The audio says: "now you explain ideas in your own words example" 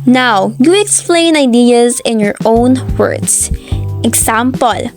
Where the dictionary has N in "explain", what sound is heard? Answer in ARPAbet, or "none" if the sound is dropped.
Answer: N